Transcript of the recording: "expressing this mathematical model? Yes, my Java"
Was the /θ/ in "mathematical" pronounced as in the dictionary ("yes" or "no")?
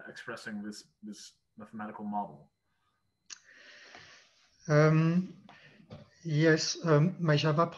yes